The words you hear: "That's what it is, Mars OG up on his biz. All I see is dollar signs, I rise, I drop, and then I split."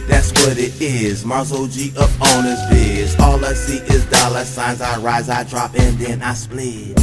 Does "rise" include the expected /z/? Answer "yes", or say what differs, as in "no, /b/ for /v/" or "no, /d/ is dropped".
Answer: yes